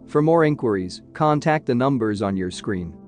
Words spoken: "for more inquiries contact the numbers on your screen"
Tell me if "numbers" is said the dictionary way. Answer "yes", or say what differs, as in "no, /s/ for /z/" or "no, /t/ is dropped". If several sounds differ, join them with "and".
yes